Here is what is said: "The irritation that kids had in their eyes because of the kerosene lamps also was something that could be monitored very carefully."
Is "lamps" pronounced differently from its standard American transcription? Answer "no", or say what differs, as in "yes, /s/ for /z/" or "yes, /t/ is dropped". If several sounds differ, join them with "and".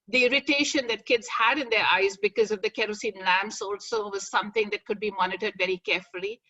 no